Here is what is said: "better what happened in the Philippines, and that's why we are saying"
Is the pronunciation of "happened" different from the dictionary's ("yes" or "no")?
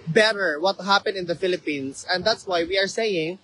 yes